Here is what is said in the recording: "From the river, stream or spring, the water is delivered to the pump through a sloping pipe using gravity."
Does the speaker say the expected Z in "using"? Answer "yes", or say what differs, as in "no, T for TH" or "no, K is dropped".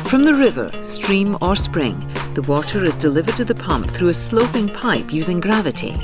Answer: yes